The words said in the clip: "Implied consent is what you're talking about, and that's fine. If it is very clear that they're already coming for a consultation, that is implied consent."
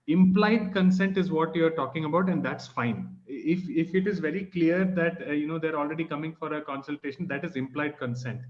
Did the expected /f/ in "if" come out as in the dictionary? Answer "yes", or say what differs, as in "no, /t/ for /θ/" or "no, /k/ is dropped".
yes